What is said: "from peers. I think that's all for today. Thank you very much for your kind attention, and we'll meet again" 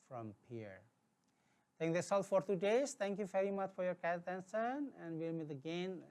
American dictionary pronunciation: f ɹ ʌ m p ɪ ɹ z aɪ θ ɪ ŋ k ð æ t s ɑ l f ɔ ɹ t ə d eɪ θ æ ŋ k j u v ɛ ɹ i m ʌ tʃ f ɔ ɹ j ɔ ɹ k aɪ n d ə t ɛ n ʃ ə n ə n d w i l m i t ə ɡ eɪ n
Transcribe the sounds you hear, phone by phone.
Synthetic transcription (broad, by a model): f ɹ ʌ m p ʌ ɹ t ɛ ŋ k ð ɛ s ɑ l f ɔ ɹ t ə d eɪ t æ ŋ k j u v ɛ ɹ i m ʌ tʃ f ɔ ɹ j ɔ ɹ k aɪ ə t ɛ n s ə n ə n d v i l m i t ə ɡ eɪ n